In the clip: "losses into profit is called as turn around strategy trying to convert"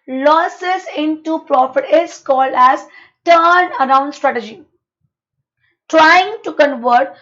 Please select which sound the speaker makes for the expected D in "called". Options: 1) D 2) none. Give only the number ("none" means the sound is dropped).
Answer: 1